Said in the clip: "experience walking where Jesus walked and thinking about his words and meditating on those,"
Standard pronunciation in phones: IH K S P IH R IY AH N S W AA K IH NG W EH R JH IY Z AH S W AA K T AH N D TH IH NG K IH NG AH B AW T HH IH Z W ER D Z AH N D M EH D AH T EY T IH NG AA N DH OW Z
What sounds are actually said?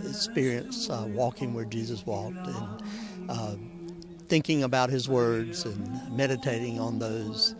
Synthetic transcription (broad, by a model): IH K S P IH R IY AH N S W AA K IH NG W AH R JH IY Z AH S W AA K T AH N TH IH NG K IH NG AH B AW T HH IH Z W ER D Z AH N M EH D AH T EY T IH NG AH N DH OW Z